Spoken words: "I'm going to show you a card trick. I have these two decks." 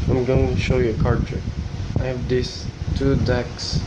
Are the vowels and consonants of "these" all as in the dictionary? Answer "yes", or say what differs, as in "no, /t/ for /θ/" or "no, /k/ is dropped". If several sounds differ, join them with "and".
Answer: no, /s/ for /z/